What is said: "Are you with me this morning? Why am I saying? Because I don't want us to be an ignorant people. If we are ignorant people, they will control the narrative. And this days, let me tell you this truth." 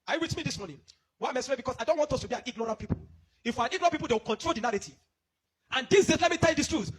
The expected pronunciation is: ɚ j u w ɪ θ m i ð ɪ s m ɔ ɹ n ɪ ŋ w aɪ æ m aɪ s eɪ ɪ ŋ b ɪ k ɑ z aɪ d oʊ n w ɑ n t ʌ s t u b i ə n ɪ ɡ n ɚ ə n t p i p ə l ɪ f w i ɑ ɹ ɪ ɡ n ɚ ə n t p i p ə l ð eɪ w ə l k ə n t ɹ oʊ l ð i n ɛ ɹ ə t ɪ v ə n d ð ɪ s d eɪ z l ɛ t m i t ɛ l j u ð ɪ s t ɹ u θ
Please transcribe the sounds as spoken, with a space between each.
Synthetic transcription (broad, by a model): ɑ j u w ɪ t m i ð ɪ s m ɔ n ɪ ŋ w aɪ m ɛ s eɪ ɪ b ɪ k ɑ s aɪ d oʊ n w ɑ n t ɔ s t u b i ə n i ɡ n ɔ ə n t p i p ə l ɪ f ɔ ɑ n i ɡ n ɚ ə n p i p ə l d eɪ w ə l k ə n t ɹ oʊ l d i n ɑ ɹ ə t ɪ ə n d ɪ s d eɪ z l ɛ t m i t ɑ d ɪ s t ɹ u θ